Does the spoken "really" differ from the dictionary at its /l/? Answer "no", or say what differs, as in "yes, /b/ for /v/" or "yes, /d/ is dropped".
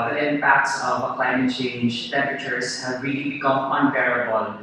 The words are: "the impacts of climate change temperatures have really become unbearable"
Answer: no